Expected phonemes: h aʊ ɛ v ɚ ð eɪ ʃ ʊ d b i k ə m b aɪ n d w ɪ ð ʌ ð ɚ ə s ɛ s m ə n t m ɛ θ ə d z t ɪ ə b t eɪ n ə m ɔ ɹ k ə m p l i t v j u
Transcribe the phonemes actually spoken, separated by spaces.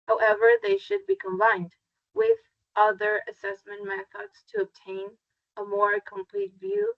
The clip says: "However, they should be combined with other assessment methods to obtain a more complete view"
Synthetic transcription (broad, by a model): h aʊ ɛ v ɚ ð eɪ ʃ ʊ d b i k ə m b aɪ n d w ɪ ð ʌ ð ɚ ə s ɛ s m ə n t m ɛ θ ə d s t ɪ ə b t eɪ n ə m ɔ ɹ k ə m p l i t v j u